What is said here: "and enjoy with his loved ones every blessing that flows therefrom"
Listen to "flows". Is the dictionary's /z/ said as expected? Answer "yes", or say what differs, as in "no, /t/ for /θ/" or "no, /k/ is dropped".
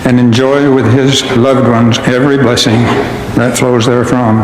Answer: yes